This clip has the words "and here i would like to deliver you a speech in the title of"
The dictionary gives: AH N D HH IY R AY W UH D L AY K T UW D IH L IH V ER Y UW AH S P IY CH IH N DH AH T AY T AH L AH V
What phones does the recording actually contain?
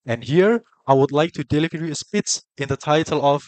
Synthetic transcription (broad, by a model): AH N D HH IY R AY W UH D L AY K T UW D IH L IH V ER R AH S P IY S IH N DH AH T AY T AH L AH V